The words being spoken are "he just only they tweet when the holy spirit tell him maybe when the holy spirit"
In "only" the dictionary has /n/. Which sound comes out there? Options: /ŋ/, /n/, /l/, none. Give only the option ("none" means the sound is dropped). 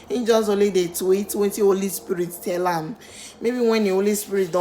none